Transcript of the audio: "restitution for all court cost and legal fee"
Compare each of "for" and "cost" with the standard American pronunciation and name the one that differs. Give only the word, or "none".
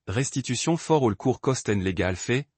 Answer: none